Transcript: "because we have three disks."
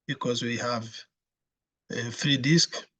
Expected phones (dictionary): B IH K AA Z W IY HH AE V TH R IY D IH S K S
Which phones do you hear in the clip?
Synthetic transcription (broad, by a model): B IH K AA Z W IY HH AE V F R IY D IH S K